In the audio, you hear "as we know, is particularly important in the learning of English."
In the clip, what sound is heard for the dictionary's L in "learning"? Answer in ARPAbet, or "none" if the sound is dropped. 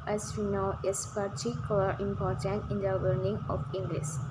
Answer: W